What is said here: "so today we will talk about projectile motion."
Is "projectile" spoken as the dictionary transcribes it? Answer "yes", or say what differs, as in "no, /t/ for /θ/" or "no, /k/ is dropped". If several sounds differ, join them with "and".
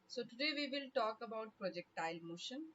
yes